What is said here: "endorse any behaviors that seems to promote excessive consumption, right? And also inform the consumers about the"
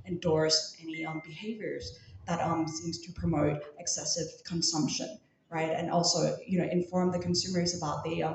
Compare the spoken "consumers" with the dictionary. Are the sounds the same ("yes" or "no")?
yes